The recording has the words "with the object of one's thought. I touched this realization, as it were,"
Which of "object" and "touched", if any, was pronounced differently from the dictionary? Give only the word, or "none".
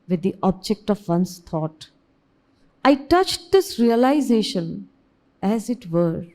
none